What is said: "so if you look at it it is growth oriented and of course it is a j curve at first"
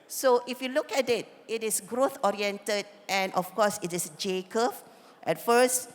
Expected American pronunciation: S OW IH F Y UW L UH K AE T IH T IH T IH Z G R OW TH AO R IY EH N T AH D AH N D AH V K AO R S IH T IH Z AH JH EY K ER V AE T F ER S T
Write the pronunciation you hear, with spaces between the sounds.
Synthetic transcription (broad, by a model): S OW IH F Y UW L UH K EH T IH T IH T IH S G R OW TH AO R IY EH N T AH D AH N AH F K AO S IH T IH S JH EY K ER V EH T F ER S T